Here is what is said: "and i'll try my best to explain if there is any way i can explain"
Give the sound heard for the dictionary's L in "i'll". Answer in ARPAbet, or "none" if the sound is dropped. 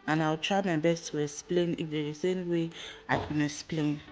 W